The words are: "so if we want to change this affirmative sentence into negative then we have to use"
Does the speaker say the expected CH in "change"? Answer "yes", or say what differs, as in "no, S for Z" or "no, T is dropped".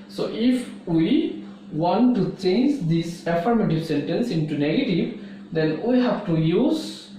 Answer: yes